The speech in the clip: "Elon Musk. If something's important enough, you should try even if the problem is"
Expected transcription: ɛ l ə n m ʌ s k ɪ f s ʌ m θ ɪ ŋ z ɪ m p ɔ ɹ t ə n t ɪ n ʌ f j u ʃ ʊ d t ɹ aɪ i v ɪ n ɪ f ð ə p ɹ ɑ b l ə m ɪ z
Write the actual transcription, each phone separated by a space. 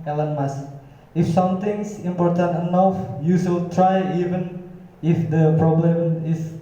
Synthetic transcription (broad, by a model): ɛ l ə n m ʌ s ɪ f s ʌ m t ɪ ŋ s ɪ m p ɔ ɹ t ə n t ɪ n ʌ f j u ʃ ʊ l t ɹ aɪ i v ɪ n ɪ f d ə p ɹ ɑ b l ə m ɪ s